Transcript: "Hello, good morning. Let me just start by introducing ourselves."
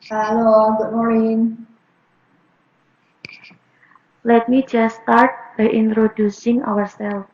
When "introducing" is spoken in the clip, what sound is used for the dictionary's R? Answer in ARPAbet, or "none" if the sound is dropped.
R